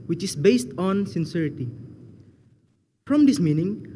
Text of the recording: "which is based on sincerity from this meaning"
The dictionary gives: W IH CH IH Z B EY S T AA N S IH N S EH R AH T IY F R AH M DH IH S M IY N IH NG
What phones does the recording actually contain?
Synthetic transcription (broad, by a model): W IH CH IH S B EY S T AA N S IH N S EH R AH T IY F R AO M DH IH S M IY N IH NG